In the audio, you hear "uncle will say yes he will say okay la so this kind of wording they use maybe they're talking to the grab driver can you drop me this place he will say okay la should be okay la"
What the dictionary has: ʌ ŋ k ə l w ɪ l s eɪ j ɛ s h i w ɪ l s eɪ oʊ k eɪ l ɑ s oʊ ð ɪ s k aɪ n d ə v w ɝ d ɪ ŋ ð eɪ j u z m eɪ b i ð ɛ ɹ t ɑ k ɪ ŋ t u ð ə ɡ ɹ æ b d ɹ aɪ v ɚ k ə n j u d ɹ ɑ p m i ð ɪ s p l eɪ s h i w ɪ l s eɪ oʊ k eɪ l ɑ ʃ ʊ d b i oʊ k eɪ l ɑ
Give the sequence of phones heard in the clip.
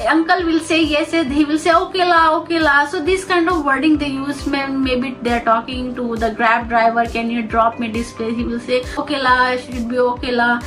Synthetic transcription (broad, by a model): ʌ ŋ k ə l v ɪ l s eɪ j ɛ s h i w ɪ l s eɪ oʊ k eɪ l ɑ s oʊ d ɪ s k aɪ n d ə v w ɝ d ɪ ŋ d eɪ j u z m eɪ b i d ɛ ɹ t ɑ k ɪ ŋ t u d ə ɡ ɹ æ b d ɹ aɪ v ɚ k ə n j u d ɹ ɑ p m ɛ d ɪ s p l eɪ h i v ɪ l s eɪ oʊ k eɪ l ɑ ʃ ʊ d b i oʊ k eɪ l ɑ